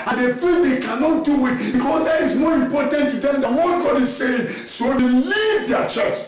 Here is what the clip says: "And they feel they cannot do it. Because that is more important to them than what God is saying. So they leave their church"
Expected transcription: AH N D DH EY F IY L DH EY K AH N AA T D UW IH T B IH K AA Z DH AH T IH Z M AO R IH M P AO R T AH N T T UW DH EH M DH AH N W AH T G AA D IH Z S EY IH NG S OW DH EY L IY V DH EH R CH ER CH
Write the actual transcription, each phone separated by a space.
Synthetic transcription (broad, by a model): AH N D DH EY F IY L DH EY K AH N AA T D UW IH T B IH K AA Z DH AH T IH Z M AO R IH M P AO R T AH N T T UW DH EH M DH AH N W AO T G AA D IH Z S EY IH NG S OW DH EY L IY V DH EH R CH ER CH